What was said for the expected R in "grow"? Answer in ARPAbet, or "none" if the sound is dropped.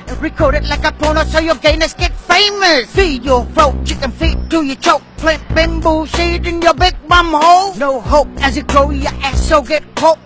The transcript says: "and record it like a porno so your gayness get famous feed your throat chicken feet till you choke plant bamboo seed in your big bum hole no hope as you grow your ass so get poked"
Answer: none